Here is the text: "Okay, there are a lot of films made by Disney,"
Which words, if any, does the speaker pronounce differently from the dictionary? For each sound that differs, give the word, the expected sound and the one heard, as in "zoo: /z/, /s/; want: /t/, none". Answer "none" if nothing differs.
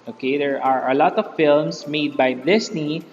films: /z/, /s/